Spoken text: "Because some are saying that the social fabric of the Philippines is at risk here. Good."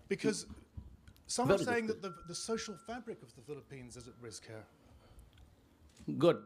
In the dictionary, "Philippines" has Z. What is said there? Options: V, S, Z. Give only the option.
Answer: Z